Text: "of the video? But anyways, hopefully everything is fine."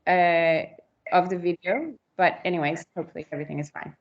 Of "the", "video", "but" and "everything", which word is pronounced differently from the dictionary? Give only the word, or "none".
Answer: none